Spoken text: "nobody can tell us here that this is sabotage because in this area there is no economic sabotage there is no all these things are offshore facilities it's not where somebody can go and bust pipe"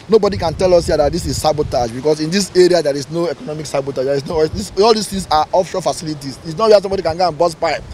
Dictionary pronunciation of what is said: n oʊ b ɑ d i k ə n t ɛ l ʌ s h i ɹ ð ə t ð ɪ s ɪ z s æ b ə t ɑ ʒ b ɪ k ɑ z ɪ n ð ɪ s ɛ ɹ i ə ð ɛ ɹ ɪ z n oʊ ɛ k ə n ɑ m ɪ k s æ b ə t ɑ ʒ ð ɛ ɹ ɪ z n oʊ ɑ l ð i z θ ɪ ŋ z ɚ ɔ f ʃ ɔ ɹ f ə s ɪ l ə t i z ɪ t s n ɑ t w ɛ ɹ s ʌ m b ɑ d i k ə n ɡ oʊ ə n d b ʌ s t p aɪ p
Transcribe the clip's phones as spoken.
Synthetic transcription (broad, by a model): n oʊ b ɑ d i k ə n t ɛ l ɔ s h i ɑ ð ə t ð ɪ s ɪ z s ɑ b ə t ɑ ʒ b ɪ k ɑ s ɪ n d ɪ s ɛ ɹ i ə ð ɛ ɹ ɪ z n oʊ ɛ k ə n ɑ m ɪ k s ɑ b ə t ɑ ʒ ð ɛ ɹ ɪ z n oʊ ɑ l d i s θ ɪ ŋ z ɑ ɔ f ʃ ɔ f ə s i l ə t i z ɪ t s n ɑ t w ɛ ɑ s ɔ m b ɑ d i k ə n ɡ oʊ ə n b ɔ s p aɪ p